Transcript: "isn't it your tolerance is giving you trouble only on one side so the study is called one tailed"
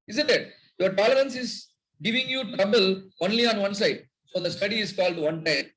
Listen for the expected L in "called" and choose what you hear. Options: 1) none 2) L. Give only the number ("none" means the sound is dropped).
2